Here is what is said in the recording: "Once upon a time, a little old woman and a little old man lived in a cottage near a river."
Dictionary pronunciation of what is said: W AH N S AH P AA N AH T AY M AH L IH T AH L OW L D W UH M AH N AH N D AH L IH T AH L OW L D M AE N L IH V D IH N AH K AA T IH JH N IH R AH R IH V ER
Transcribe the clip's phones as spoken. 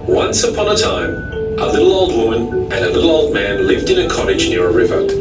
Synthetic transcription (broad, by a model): W AH N S AH P AA N AH T AY M AH L IH T L OW L D W UH M AH N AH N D AH L IH T L OW L D M AE N L IH V D IH N AH K AA T IH JH N IH R AH R IH V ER